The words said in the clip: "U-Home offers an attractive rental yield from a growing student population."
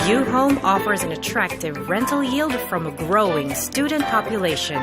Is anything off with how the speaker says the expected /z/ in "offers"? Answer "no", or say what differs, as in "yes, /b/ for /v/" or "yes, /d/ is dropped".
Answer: no